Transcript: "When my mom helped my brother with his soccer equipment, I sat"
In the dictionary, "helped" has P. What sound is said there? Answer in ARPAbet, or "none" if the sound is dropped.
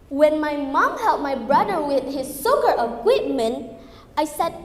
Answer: none